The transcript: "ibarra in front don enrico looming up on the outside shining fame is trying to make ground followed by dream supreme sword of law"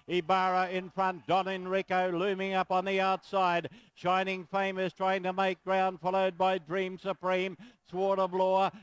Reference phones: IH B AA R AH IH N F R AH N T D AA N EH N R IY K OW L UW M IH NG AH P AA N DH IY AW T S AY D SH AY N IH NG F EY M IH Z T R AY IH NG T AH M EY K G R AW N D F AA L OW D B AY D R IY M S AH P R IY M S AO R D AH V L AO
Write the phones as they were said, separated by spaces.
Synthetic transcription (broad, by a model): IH B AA R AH IH N F R AH N D AA N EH N R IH K OW L UW M IH NG AH P N DH IY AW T S AY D SH AY N IH NG F EY M IH Z T R AY IH NG T AH M EY K G R AW N D F AA L OW D B AY D R IY M S AH P R IY M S AO R D AH V L AO